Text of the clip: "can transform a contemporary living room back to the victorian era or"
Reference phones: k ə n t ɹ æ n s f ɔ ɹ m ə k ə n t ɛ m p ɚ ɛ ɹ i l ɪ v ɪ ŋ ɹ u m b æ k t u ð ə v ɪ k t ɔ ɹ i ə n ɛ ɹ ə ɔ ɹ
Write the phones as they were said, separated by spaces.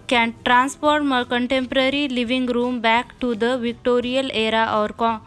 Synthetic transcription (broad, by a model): k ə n t ɹ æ n s p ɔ ɹ m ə k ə n t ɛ m p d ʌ ɹ i l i v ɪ ŋ ɹ u m b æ k t u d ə v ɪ k t ɔ ɹ i ə l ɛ ɹ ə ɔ ɹ